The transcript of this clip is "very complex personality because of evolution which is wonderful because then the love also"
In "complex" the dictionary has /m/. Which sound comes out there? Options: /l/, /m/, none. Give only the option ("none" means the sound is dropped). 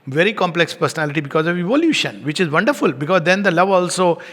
/m/